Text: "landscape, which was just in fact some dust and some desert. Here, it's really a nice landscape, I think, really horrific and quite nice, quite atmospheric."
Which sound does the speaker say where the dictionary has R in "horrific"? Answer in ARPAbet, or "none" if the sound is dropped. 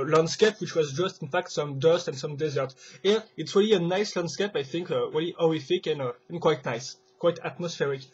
none